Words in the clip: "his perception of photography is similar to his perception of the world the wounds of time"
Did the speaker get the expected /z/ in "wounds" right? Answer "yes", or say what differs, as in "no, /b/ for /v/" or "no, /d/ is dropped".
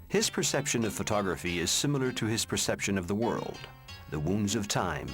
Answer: yes